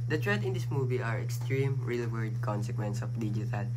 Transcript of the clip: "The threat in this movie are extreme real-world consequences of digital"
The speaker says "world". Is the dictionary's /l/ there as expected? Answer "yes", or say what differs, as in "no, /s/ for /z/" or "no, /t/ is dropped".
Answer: no, /l/ is dropped